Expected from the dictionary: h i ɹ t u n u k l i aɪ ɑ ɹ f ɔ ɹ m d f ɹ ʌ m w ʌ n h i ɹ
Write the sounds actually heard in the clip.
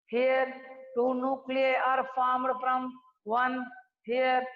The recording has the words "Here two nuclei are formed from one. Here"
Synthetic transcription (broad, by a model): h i ɹ t u n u k l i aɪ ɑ ɹ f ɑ m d p ɹ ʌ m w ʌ n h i ɹ